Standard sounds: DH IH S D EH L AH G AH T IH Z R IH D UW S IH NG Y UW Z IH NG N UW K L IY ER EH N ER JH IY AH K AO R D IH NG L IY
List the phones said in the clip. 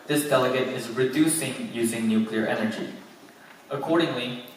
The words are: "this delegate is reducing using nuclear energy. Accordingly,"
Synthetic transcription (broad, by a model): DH IH S D EH L AH G AH T IH Z R IH D UW S IH NG Y UW Z IH NG N UW K L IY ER EH N ER JH IY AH K AO R D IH NG L IY